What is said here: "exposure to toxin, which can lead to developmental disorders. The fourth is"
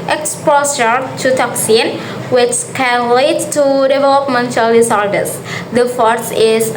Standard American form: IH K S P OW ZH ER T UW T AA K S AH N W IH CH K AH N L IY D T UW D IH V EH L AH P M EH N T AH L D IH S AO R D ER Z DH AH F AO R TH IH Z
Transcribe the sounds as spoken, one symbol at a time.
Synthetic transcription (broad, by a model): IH K S P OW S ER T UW T AA K S AH N W IH CH K AH N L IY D T UW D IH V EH L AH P M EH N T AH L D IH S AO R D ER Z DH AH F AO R S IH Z